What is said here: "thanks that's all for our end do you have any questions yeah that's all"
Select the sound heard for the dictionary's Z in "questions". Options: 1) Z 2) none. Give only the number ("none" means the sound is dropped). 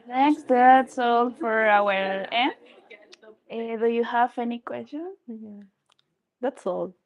2